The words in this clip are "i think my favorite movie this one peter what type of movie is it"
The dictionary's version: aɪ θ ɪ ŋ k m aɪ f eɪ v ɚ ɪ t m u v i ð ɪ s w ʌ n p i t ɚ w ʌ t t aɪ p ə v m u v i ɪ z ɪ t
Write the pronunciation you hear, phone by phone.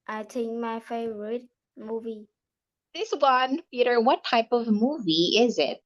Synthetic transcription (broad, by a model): aɪ t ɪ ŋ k m aɪ f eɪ v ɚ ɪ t m u v i ð ɪ s w ʌ n p i t ɚ w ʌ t t aɪ p ə v m u v i ɪ z ɪ t